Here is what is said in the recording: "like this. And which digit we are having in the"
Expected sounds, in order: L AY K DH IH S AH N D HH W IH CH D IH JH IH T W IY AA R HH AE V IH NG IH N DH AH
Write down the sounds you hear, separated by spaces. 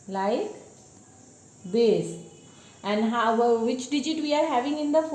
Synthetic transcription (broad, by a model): L AY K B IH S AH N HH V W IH CH D IH JH IH T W IY AA R HH AE V IH NG IH N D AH